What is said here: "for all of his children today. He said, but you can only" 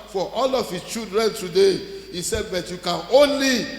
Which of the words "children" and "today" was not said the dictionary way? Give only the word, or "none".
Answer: children